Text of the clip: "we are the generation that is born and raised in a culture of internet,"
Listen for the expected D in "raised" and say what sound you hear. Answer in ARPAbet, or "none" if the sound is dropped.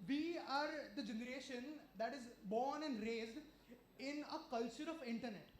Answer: D